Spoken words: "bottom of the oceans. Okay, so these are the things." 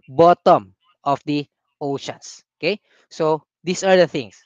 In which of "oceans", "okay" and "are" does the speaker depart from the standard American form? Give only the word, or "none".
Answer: oceans